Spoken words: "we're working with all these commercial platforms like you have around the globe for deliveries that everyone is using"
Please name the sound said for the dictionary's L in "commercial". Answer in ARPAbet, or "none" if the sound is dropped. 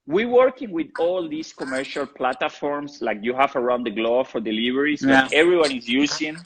L